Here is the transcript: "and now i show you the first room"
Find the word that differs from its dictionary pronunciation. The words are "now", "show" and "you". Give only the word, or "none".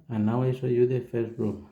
show